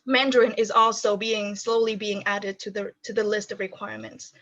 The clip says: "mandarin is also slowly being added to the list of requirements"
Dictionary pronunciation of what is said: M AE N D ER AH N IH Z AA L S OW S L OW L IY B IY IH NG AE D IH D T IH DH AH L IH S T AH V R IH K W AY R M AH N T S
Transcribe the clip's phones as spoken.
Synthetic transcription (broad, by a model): M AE N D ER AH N IH Z AA L S OW S L OW L IY B IY IH NG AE D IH D T IH DH AH L IH S T AH V R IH K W AY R M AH N T S